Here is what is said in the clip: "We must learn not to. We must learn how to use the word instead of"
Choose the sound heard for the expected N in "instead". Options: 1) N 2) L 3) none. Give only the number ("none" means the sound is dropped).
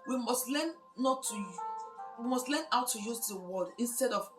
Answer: 1